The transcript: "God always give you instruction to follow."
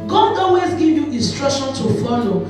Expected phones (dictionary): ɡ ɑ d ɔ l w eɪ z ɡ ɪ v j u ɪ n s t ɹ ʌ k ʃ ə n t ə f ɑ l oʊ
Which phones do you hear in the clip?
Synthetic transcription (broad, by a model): ɡ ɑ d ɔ w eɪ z ɡ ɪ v j u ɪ n s t ɹ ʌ k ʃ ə n t ə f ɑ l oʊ